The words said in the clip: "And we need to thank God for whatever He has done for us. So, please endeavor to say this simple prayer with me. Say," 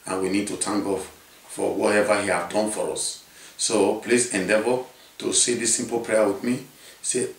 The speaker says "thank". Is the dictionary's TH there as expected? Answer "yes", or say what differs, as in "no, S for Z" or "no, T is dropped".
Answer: no, T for TH